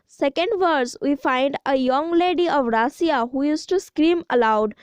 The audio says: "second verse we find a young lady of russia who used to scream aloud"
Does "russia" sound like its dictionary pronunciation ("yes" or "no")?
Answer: no